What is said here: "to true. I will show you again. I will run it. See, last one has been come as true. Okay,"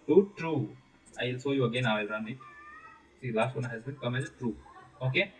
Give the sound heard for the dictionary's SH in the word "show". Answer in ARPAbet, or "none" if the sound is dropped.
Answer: S